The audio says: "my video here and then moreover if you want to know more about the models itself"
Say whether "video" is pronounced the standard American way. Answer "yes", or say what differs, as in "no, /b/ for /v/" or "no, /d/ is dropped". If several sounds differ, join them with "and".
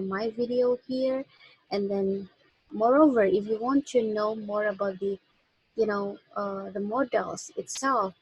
yes